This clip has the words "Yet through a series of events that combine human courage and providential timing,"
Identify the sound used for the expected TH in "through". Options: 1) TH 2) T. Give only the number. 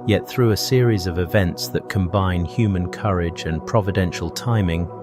1